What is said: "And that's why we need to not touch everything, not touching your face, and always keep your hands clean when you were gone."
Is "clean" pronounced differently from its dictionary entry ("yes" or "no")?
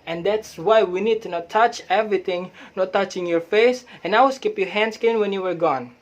yes